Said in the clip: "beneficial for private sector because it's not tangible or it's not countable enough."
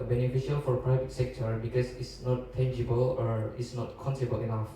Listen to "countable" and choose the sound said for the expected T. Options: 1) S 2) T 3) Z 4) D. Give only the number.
1